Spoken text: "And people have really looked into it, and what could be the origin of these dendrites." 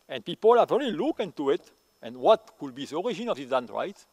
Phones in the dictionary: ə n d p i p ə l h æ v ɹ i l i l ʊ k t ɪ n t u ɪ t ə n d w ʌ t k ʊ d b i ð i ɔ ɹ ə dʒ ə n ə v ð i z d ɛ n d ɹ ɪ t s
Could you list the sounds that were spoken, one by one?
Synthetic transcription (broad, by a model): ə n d p i p ə l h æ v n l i l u k ɪ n t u ɪ t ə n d w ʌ t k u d b i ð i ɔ ɹ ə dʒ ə n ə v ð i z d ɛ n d ɹ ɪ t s